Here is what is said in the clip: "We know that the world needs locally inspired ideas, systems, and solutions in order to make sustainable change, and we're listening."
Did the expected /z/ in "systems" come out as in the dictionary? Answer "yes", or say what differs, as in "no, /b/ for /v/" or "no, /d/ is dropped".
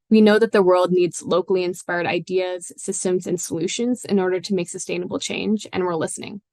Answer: yes